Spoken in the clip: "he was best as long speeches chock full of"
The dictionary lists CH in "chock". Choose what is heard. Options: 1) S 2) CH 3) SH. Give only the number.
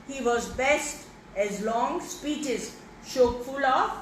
3